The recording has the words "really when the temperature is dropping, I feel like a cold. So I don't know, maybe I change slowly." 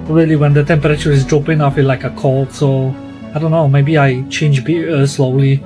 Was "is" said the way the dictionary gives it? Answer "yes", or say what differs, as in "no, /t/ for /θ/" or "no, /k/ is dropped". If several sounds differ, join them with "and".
yes